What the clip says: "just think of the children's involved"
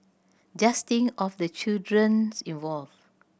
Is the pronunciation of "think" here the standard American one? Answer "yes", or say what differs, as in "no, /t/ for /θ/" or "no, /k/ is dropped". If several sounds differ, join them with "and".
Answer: no, /k/ is dropped